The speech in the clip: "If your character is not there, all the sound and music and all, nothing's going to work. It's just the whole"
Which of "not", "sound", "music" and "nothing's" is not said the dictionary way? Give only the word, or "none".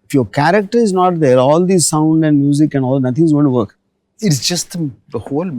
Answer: nothing's